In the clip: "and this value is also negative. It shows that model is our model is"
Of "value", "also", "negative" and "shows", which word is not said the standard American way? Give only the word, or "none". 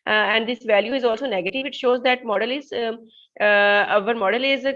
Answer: none